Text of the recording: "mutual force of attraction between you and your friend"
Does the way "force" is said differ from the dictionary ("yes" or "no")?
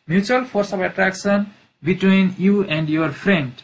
yes